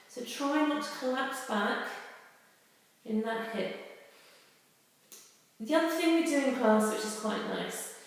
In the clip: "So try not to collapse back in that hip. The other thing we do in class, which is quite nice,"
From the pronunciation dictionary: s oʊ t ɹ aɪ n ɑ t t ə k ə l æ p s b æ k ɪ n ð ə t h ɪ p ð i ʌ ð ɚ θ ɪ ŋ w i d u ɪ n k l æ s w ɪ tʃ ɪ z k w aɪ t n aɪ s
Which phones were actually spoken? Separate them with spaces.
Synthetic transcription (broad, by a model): s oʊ t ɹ aɪ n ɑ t t ə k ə l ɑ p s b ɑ k ɪ n ð ə t h ɪ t ð i ʌ ð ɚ θ ɪ ŋ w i d u ɪ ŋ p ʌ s w ɪ tʃ ɪ z k w aɪ t n aɪ s